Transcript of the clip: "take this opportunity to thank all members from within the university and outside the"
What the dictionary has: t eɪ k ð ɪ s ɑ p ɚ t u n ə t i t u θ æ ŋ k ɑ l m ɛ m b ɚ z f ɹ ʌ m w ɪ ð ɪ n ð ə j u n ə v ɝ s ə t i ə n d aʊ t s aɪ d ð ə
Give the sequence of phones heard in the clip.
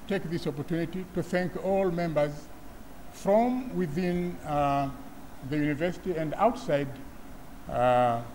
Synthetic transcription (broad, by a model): t eɪ k ð ɪ s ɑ p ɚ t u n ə t i t u θ æ ŋ k ɑ l m ɛ m b ɚ z f ɹ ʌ m w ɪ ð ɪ n ð ə j u n ə v ɝ s ə t i ə n d aʊ t s aɪ d